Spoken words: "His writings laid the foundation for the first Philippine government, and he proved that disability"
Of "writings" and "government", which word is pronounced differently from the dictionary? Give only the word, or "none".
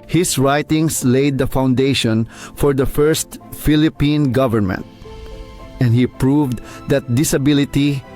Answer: writings